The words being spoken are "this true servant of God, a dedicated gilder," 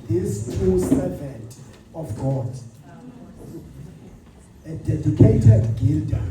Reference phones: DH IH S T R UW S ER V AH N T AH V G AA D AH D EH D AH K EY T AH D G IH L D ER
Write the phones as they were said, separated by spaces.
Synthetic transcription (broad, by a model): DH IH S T UW S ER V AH N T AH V G AA D AH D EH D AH K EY T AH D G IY L D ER